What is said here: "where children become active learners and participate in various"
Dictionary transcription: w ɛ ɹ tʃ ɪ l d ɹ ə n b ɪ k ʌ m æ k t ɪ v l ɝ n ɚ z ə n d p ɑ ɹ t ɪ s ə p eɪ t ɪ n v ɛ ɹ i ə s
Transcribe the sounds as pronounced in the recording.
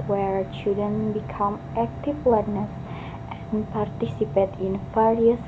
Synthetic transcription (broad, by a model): w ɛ ɹ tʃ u d ə n b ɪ k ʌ m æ k t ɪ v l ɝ n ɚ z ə n p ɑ ɹ t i s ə p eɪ t ɪ n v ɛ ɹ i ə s